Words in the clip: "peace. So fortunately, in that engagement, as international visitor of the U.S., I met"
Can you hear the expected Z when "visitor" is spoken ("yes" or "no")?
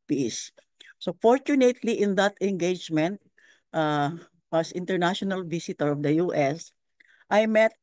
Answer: no